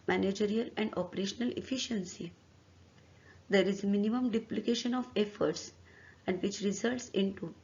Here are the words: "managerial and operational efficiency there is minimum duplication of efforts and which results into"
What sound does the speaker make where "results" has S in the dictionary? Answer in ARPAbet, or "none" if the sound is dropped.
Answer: S